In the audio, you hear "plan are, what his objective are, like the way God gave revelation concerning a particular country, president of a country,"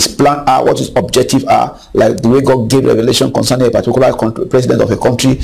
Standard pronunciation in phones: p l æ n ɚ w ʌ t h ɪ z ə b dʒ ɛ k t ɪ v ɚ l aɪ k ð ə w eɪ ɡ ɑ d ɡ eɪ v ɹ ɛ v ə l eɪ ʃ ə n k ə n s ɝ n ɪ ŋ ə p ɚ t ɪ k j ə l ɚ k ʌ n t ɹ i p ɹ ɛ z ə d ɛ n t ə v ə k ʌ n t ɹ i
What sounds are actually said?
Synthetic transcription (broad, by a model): p l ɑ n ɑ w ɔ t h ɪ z ə b dʒ ɛ k t ɪ v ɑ l aɪ k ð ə w eɪ ɡ ɑ d ɡ eɪ v ɹ ɛ v ə l eɪ ʃ ə n k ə n s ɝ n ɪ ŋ ə p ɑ t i k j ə l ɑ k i p ɹ ɛ s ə d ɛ n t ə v ə k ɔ n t ɹ i